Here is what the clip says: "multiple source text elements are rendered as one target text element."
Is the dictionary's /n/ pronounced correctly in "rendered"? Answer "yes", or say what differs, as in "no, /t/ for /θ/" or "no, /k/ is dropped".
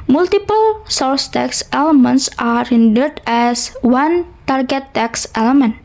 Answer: yes